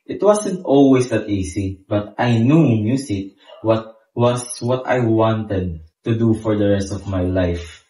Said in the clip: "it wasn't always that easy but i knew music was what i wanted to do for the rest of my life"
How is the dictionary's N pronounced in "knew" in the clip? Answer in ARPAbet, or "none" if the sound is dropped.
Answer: N